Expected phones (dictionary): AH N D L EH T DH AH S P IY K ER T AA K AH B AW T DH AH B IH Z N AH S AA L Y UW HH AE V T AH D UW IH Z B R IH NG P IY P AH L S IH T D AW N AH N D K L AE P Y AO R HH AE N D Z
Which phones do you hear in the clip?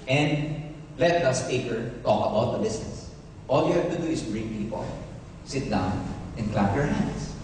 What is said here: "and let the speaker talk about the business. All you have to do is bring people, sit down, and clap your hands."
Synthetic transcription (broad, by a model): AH N D L EH T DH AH S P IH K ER T AA K AH B AW T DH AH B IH S N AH S AA L Y UW HH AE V T AH D UW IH S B R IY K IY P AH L S IH T D AW N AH N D K L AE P Y AO R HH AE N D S